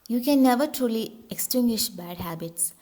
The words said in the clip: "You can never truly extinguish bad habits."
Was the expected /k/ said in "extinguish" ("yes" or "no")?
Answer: yes